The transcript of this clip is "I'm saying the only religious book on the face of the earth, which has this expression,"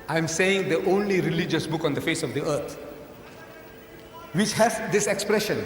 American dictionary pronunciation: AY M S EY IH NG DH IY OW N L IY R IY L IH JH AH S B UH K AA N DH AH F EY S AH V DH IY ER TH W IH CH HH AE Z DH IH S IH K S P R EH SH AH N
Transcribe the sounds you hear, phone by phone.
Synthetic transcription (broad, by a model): AY M S EY IH NG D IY OW N L IY R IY L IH JH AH S B UH K AA N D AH F EY S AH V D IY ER T W IH CH HH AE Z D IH S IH K S P R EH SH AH N